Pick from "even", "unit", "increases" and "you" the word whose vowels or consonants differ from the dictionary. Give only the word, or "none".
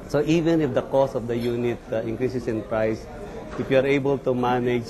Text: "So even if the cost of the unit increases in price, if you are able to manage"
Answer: increases